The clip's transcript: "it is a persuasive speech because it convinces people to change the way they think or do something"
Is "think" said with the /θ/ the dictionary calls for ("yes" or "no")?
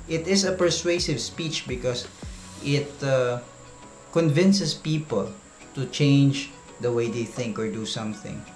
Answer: yes